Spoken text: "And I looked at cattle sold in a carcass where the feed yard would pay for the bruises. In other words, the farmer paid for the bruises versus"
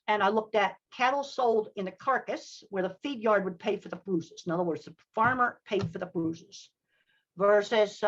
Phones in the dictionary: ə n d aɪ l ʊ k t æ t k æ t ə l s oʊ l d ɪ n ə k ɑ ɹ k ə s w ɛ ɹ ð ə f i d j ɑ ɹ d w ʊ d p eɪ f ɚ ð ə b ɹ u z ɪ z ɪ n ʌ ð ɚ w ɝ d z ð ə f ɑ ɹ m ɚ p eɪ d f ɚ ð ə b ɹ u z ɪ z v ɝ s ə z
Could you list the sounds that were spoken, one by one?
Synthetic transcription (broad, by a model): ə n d aɪ l ʊ k t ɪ t k æ t l s oʊ l d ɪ n ə k ɑ ɹ k ə s w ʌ ɹ ð ə f i d j ɑ ɹ d w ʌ d p eɪ f ɚ ð ə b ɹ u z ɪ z ɪ n ʌ ð ɚ w ɝ d z ð ə f ɑ ɹ m ɚ p eɪ d f ɚ ð ə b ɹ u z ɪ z v ɝ s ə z